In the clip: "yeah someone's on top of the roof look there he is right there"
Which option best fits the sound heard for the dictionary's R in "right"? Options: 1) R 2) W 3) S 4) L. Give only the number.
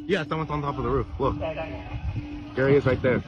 4